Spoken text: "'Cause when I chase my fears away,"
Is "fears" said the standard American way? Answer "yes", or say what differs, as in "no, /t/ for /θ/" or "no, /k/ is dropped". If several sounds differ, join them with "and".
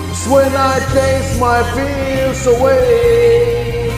no, /l/ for /ɹ/